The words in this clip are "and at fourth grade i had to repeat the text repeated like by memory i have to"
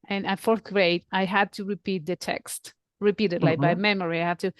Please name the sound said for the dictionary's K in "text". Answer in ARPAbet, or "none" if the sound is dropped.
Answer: K